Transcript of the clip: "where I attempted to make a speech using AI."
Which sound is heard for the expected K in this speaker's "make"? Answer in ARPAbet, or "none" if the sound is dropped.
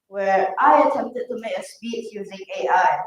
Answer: none